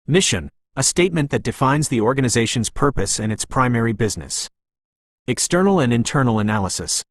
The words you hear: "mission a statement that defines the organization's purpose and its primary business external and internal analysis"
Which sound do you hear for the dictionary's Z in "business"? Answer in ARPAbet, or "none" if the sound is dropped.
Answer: Z